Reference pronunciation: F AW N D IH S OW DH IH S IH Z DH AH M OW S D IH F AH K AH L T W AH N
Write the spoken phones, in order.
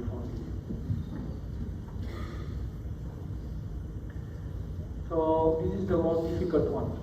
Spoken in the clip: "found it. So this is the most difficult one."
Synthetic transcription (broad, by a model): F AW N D IH S OW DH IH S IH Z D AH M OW D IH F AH K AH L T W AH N